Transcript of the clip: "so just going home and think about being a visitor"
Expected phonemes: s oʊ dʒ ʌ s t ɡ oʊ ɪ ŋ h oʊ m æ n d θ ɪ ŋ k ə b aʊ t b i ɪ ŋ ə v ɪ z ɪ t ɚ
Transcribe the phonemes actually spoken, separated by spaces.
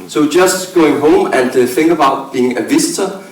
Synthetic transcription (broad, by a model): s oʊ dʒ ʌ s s ɡ oʊ ɪ ŋ h oʊ m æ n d f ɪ ŋ ə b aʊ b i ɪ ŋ ə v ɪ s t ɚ